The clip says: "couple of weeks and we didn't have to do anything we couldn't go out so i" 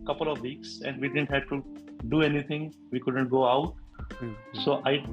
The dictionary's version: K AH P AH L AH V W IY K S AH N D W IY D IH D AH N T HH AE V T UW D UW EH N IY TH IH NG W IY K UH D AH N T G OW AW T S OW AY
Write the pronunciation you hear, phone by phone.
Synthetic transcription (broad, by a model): K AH P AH L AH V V IY K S AH N D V IY D IH D AH N T HH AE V T UW D UW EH N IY T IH NG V IY K UH D AH N T G OW AW T S OW AY